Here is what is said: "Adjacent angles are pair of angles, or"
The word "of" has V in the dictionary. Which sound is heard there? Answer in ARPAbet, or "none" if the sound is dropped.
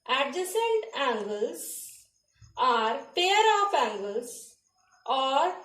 P